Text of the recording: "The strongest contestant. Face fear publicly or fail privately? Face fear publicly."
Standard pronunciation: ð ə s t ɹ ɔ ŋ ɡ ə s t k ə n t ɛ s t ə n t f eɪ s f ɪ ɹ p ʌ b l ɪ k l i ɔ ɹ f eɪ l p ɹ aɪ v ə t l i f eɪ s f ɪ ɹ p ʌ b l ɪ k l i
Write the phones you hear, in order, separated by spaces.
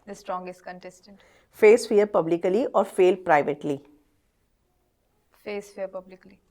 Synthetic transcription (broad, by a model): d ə s t ɹ ɔ ŋ ɡ ə s t k ə n t ɛ s t ə n t f eɪ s f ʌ ɹ p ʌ b l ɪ k l i ɔ ɹ f eɪ l p ɹ aɪ v ə t l i f eɪ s f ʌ ɹ p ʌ b l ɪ k l i